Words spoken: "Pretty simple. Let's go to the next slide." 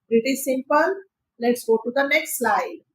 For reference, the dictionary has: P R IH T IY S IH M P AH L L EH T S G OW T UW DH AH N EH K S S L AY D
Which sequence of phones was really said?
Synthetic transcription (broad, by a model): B R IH T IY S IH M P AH N L EH T S G OW T UW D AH N EH K S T L AY D